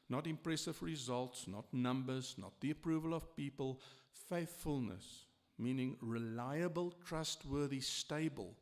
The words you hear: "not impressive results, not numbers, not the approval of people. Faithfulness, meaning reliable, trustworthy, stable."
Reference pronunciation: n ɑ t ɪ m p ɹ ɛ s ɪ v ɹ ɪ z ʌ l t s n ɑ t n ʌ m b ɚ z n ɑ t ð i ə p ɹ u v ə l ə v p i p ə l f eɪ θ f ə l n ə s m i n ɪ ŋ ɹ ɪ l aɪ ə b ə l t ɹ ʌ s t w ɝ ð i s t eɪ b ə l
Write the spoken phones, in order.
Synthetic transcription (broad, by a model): n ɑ t ɪ m p ɹ ɛ s ɪ v ɹ ɪ z ʌ l t s n ɑ t n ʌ m b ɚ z n ɑ t ð i ə p ɹ u v ə l ə v p i p ə l f eɪ θ f ə l n ə s m i n ɪ ŋ ɹ ɪ l aɪ ə b ə l t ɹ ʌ s t w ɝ ð i s t eɪ b ə l